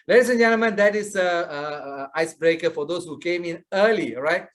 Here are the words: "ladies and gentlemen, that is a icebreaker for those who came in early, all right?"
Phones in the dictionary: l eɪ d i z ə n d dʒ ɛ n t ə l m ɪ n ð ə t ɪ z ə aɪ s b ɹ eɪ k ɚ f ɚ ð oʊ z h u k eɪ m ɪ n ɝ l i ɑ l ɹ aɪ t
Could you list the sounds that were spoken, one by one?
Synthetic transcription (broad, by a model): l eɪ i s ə n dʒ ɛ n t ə m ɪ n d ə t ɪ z ə aɪ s b ɹ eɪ k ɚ f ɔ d oʊ s h u k eɪ m ɪ n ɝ l i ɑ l ɹ aɪ t